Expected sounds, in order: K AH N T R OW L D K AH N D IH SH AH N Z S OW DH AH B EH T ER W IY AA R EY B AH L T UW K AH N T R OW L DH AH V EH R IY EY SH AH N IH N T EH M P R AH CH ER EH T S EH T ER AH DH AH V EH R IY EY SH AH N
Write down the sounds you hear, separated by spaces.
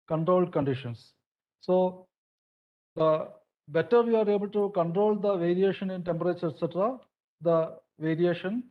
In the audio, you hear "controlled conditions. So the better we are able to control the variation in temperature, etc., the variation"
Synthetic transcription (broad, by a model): K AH N T R OW L D K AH N D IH SH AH N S S OW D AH B EH T ER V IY AA R EY B AH L T UW K AH N T R OW L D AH V EH R IY EY SH AH N IH N T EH M P R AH CH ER EH T S EH T ER AH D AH V EH R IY EY SH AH N